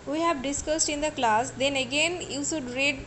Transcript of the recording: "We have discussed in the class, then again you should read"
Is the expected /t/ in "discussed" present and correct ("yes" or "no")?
yes